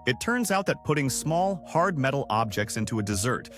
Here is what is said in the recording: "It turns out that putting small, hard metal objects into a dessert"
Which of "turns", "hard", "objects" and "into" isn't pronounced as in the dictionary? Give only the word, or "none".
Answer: none